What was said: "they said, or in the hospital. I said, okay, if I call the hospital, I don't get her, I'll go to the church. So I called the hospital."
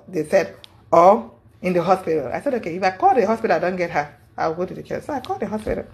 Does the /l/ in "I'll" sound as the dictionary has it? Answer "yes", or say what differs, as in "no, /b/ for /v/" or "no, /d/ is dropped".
no, /w/ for /l/